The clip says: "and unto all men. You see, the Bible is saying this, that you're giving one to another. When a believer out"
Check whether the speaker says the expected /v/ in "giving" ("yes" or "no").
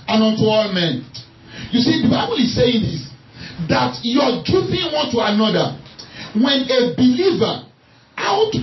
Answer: no